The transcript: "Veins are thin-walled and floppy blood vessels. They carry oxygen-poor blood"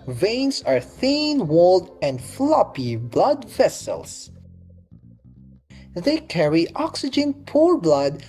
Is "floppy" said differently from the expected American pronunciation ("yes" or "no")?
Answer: no